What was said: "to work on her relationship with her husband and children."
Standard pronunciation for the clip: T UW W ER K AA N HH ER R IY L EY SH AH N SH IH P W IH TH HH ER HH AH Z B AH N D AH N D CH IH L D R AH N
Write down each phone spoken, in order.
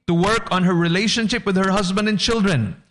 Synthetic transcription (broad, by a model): T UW W ER K AA N HH ER R IY L EY SH AH N SH IH P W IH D HH ER HH AH Z B AH N D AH N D CH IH L D R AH N